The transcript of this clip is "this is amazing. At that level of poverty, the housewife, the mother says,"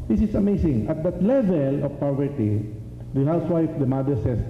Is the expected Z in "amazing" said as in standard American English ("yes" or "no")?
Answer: no